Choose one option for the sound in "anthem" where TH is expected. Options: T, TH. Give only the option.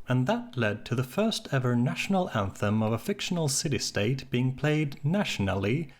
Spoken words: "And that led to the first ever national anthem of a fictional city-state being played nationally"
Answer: TH